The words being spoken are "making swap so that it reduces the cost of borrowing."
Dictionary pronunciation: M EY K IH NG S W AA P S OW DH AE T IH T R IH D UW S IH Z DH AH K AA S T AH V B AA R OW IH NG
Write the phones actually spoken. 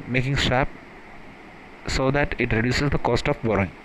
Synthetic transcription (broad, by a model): M EY K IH NG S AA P S OW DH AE T IH T R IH D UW S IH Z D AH K AA S T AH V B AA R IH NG